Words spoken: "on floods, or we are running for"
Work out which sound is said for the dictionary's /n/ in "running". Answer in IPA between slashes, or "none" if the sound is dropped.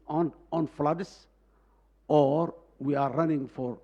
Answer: /n/